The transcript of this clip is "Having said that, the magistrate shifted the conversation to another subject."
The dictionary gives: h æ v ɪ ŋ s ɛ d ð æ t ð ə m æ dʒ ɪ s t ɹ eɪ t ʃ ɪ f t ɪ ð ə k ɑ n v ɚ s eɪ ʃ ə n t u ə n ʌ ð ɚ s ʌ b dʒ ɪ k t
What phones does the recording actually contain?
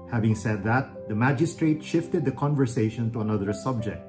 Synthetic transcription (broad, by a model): h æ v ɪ ŋ s ɛ d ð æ t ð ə m æ dʒ ɪ s t ɹ eɪ t ʃ ɪ f t ɪ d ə k ɑ n v ɚ s eɪ ʃ ə n t u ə n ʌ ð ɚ s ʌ b dʒ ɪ k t